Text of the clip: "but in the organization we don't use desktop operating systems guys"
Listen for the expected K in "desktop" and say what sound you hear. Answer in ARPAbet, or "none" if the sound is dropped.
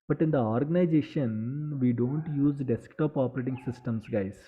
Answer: K